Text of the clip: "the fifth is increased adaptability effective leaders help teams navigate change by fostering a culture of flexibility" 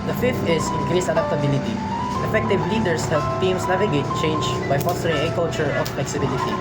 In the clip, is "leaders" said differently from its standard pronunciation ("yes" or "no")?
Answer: yes